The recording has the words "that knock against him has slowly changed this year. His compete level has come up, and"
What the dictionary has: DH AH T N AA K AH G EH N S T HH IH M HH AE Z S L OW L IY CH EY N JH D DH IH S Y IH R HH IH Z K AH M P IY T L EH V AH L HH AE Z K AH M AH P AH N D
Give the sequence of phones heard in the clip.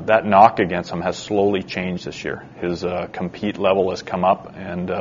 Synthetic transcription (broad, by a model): DH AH T N AA K AH G EH N S T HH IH M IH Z S L OW L IY CH EY N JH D DH IH S Y IH R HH IH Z K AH M P IY T L EH V L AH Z K AH M AH P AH N